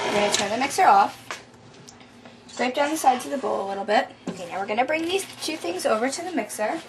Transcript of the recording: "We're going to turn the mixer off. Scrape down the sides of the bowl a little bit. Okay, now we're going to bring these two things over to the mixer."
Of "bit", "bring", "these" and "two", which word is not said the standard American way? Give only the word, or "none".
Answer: none